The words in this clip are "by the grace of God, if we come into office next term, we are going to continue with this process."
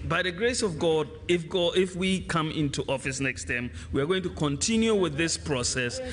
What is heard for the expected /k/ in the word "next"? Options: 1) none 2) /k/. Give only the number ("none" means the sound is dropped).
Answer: 2